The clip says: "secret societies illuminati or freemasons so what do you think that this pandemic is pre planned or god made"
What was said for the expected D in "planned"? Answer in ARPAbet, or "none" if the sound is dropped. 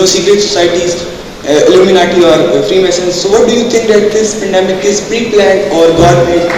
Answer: none